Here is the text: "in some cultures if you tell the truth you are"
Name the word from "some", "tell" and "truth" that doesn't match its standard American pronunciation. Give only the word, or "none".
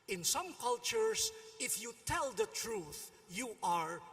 none